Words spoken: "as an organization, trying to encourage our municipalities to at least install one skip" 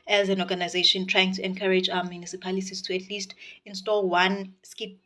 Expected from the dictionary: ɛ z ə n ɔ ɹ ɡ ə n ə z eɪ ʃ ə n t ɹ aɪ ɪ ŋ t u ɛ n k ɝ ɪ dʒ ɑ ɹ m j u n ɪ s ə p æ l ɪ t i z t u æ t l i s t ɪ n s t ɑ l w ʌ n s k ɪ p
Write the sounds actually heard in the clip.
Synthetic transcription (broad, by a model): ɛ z ə n ɔ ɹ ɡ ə n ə z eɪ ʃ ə n t ɹ aɪ ɪ ŋ t u ɛ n k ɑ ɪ dʒ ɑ w m j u n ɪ s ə p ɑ l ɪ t i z t u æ t l i s t ɪ n s t ɑ l w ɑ n s k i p